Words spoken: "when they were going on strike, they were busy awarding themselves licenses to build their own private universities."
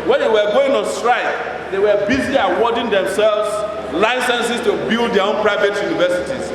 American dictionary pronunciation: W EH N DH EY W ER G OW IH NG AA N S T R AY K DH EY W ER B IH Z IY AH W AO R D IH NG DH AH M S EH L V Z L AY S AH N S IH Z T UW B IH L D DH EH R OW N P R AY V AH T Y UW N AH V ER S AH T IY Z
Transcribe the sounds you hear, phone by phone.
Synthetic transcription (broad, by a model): W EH N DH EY W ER G OW IH NG AA N S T R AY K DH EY W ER B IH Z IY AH W AO D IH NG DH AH M S EH L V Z L AY S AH N S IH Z T UW B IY L D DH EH OW N P R AY V AH T Y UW N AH V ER S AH T IY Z